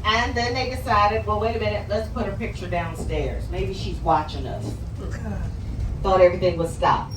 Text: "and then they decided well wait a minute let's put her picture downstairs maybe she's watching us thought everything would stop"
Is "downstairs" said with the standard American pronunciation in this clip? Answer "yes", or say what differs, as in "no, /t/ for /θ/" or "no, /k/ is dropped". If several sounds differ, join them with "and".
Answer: yes